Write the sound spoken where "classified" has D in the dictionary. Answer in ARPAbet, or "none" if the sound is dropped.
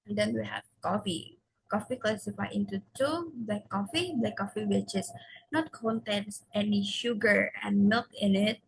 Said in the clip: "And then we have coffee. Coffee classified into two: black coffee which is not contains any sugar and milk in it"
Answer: none